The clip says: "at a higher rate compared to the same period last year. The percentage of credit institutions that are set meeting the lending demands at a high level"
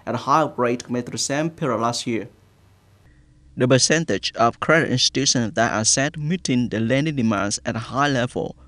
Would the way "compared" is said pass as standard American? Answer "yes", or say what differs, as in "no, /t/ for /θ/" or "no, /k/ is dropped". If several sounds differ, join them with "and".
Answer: no, /p/ is dropped